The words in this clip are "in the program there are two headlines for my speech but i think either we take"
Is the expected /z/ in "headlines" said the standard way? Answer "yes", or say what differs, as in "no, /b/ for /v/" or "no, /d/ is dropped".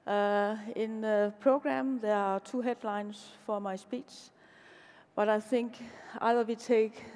no, /s/ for /z/